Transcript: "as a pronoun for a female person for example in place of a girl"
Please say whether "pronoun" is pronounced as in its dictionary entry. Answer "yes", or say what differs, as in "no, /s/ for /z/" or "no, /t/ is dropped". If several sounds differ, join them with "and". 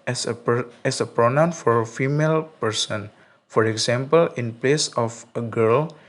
yes